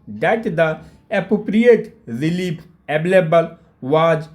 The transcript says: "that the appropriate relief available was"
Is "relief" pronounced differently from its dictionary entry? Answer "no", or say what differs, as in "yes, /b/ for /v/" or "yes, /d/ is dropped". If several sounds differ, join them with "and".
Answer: yes, /p/ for /f/